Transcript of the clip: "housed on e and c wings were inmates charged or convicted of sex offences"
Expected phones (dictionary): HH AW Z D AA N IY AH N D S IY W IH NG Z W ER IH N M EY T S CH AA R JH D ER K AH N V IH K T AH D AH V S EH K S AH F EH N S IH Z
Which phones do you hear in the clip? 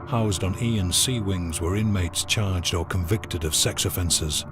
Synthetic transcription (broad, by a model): HH AW Z D N IY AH N S IY W IH NG Z W ER IH N M EY T S CH AA R JH D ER K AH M V IH K T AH D AH V S EH K S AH F EH N S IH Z